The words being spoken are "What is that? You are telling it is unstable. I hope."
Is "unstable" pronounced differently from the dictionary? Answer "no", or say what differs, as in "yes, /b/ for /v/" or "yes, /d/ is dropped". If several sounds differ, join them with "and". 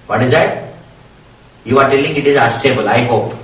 yes, /n/ is dropped